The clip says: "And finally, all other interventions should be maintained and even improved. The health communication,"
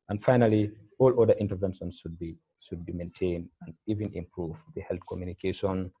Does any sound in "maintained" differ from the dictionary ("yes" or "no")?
no